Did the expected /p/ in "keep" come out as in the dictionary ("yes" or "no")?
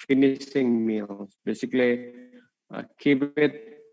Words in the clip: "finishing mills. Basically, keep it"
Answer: no